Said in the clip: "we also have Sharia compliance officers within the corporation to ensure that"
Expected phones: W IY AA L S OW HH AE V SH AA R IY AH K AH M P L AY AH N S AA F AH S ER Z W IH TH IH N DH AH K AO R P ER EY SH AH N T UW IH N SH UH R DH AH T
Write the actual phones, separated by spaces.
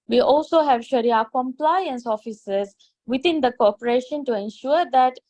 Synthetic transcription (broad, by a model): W IY AA L S OW HH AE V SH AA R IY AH K AH M P L AY AH N S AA F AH S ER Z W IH T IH N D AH K AO P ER EY SH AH N T UW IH N SH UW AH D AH T